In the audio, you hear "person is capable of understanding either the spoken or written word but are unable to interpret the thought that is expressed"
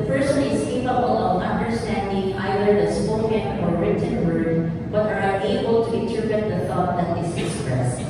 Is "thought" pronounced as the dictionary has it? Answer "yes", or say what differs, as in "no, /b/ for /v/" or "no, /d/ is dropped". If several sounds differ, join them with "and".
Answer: yes